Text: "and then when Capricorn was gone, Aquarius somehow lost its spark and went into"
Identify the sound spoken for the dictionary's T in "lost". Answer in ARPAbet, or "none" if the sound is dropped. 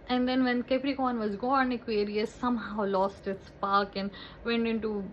T